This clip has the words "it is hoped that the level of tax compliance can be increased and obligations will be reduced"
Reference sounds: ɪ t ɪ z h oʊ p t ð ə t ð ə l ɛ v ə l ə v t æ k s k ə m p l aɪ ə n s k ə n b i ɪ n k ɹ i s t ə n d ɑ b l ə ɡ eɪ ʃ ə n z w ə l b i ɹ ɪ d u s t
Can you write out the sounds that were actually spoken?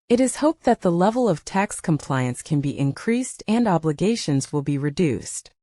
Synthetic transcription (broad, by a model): ɪ t ɪ z h oʊ p ð ə t ð ə l ɛ v l ə v t æ k s k ə m p l aɪ ə n s k ə n b i ɪ n k ɹ i s t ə n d ɑ b l ə ɡ eɪ ʃ ə n z w ə l b i ɹ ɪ d u s t